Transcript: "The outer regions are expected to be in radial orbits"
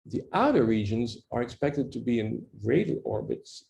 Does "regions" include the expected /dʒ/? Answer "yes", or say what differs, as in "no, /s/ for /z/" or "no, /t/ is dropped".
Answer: yes